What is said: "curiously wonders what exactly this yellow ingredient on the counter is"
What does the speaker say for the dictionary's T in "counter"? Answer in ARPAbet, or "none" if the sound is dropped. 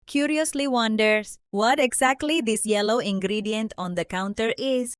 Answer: T